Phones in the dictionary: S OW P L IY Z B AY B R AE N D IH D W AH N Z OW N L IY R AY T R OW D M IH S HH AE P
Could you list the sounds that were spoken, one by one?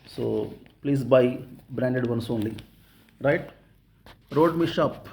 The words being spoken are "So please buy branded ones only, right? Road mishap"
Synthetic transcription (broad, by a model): S OW P L IY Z B AY B R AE N D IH D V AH N S OW N L IY R AY T R OW D M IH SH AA P